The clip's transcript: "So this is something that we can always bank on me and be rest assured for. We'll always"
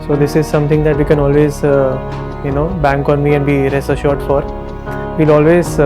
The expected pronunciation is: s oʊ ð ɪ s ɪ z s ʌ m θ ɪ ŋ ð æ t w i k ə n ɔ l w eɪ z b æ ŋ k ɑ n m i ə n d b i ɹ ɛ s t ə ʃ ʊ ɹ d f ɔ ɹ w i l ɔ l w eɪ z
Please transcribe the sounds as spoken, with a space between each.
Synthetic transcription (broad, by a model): s oʊ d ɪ s ɪ z s ʌ m t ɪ ŋ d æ t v i k ə n ɔ l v eɪ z b æ ŋ k ɑ n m i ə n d b i ɹ ɛ s t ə ʃ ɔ ɹ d f ɔ ɹ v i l ɔ l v eɪ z